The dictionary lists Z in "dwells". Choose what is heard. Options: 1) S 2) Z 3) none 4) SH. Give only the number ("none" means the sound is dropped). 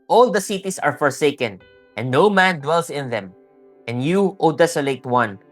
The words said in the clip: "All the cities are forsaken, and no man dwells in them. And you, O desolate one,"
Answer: 1